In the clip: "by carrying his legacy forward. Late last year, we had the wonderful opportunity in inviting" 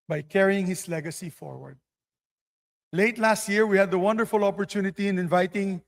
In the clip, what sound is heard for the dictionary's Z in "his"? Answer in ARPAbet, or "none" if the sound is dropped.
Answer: S